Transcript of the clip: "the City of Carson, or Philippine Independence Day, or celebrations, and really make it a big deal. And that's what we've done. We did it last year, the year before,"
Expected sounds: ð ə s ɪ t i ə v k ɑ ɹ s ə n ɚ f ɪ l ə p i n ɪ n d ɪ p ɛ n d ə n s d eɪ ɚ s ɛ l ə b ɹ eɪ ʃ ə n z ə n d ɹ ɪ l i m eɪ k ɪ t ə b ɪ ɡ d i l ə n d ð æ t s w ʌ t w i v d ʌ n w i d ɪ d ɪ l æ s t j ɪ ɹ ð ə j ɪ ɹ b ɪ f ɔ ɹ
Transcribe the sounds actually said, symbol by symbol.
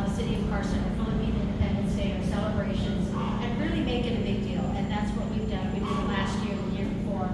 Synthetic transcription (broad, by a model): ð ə s ɪ t i ə v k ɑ ɹ s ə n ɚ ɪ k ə b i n ɪ n d ɪ p ɛ n d ə n s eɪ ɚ s ɛ l ə b ɹ eɪ ʃ ə n z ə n ɹ ɪ l i m eɪ k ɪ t ə b ɪ ɡ d i l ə n ð æ t s w ʌ t w i v d ʌ n w i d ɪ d l æ s t j ɪ ɹ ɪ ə j ɪ ɹ b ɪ f ɔ ɹ